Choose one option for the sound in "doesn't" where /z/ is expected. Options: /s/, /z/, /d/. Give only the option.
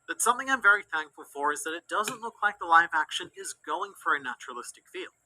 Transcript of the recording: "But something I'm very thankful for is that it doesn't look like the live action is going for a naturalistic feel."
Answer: /z/